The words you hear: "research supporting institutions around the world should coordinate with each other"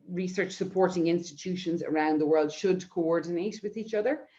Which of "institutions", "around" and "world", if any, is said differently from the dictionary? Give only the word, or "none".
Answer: none